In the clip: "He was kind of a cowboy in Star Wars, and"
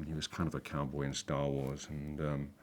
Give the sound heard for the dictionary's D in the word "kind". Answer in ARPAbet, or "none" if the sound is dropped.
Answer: D